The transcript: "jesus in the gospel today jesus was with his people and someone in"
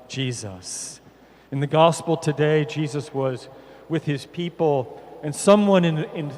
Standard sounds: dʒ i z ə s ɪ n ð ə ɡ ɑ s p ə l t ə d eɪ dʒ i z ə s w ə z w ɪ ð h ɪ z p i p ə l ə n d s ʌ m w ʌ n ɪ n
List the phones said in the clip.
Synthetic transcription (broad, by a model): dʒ i z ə s ɪ n ð ə ɡ ɑ s p l t ə d eɪ dʒ i z ə s w ə z w ɪ ð ɪ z p i p l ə n s ʌ m w ʌ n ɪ n